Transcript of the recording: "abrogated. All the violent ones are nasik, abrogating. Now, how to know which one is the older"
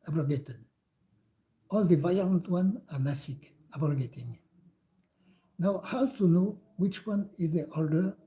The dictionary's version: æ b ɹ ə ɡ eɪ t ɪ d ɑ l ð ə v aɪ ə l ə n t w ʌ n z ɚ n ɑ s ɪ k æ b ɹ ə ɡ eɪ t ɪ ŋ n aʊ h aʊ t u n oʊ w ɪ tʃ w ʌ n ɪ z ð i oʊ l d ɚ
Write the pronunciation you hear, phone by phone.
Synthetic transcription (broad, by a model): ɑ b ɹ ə ɡ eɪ t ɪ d ɑ l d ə v aɪ ə l ə n t w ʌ n ɑ n ɑ s ɪ k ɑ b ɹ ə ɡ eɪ t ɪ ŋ n aʊ h aʊ t u n oʊ w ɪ tʃ w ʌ n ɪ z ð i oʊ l d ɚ